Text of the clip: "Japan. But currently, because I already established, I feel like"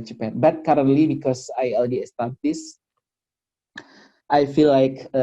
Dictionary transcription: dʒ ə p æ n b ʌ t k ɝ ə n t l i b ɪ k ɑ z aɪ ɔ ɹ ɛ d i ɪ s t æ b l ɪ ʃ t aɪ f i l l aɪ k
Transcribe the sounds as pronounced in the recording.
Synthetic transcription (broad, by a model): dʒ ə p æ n b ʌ t k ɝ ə n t l i b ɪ k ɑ s aɪ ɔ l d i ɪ s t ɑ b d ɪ s t aɪ f i l l aɪ k